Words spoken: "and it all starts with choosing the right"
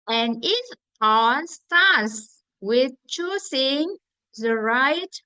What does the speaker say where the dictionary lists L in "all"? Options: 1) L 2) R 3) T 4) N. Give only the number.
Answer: 4